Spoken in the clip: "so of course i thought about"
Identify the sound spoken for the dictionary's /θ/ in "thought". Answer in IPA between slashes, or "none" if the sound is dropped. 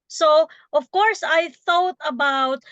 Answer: /θ/